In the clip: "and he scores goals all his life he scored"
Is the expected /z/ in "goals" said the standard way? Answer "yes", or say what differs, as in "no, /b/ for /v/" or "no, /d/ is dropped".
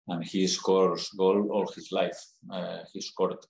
no, /z/ is dropped